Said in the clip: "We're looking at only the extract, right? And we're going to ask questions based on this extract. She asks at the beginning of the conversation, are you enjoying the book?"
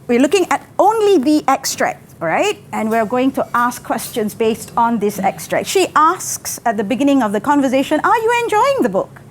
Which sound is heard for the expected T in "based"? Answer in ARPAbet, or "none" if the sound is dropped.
T